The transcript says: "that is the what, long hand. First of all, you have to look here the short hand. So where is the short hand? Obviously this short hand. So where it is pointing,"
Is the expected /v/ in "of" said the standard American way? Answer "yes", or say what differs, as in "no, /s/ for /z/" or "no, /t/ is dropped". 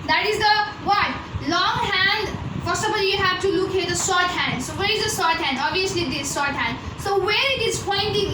no, /b/ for /v/